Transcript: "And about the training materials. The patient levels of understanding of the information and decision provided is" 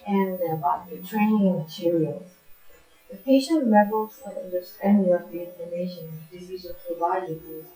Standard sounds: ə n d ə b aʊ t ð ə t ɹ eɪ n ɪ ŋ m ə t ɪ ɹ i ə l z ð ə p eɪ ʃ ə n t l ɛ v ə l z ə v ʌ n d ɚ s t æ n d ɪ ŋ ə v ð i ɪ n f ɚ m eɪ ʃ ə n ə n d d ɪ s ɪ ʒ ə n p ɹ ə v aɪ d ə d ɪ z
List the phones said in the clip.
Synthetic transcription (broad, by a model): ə n ə b aʊ t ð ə t ɹ eɪ n ɪ ŋ m ə t ɪ ɹ i ə l z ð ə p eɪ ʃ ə n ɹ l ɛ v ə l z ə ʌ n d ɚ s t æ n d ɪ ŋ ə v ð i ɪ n ɚ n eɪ ə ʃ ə n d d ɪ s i z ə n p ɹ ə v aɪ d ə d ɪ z